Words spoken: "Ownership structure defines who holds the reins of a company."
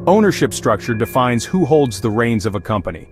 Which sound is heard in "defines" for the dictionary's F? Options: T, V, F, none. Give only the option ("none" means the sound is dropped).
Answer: F